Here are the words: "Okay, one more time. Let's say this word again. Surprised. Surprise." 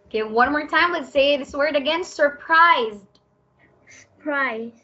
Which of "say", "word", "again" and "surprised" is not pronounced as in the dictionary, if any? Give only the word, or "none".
none